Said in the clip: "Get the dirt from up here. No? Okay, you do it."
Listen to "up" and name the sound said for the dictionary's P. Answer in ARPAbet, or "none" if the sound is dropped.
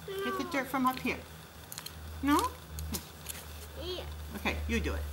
P